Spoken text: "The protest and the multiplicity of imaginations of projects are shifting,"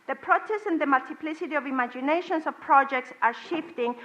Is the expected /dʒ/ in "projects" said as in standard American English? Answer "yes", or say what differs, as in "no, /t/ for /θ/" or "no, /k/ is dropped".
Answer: yes